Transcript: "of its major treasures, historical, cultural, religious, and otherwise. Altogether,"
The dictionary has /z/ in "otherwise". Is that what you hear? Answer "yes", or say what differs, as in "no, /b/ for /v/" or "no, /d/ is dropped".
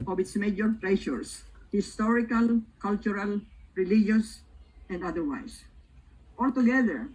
no, /s/ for /z/